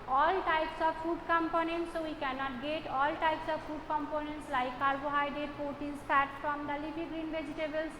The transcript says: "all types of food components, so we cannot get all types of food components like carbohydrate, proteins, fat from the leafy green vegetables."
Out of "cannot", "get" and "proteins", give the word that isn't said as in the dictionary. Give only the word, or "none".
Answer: proteins